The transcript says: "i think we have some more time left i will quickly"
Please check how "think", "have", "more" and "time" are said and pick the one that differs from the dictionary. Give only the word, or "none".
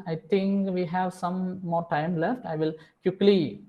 think